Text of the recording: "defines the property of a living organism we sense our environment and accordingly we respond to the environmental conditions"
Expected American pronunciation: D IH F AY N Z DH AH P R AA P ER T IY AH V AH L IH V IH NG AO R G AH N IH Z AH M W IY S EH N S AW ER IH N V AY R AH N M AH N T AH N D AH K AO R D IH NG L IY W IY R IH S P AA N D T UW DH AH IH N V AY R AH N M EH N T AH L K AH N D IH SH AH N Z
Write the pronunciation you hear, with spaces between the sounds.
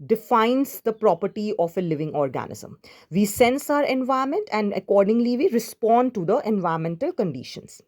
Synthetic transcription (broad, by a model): D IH F AY N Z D AH P R AA P ER T IY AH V AH L IH V IH NG AO R G AH N IH Z AH M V IY S EH N S AW ER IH N V AY AH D M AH N T AH N D AH K AO R D IH NG L IY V IY R IH S P AA N D T UW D AH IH N V AY AH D M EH N T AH L K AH N D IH SH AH N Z